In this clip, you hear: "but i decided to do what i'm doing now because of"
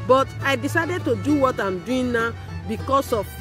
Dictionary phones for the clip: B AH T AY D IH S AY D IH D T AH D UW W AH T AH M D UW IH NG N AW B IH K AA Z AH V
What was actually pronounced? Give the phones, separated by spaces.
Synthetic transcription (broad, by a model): B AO T AY D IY S AY D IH D T AH D UW W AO T AH M D UW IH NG N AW B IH K AA S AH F